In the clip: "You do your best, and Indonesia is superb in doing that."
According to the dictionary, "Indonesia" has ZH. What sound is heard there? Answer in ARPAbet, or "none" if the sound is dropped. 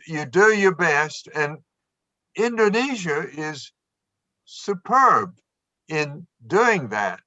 ZH